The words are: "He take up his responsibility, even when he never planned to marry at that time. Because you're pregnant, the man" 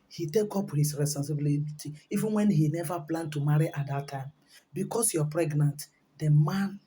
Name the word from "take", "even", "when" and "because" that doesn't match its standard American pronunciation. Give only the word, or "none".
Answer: because